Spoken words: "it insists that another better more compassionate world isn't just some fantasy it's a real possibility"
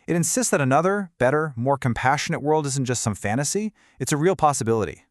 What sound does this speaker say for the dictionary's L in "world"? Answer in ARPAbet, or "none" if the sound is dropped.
L